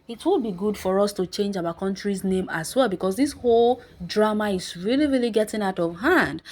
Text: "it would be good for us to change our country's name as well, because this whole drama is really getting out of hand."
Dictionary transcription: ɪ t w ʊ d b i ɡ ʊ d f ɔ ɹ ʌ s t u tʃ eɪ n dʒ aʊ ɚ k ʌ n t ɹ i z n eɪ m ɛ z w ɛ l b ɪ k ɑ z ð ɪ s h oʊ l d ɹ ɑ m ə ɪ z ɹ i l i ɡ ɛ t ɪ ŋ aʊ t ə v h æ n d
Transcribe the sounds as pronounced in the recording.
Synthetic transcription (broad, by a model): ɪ t w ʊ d b i ɡ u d f ɔ ɹ ʌ s t u tʃ eɪ n dʒ aʊ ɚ k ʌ n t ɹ i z n eɪ m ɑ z w ɛ l b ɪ k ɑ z ð ɪ s h oʊ l d ɹ ɑ m ə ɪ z ɹ i l i ɡ ɛ t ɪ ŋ aʊ t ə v h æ n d